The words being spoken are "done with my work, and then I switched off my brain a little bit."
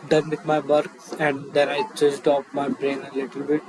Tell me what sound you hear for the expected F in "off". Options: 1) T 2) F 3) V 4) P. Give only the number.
4